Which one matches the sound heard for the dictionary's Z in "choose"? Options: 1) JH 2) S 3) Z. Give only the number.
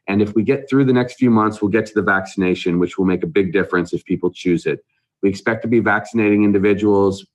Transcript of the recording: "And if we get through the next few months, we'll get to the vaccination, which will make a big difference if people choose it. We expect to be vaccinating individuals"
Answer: 3